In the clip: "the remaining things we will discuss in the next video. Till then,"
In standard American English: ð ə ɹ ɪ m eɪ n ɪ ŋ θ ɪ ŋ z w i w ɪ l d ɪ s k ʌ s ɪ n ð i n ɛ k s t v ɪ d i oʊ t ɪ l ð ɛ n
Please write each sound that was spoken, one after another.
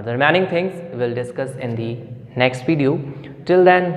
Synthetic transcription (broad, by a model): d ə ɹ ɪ m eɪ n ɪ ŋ t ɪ ŋ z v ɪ l d ɪ s k ʌ s ɪ n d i n ɛ k s t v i d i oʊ t ɪ l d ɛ n